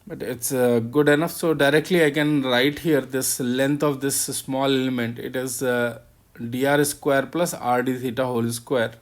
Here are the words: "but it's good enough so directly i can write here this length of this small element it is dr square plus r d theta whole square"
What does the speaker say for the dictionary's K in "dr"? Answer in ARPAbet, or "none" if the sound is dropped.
none